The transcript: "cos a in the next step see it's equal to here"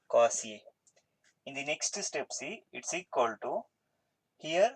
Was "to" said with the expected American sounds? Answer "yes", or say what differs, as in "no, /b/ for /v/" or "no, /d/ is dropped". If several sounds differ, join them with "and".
yes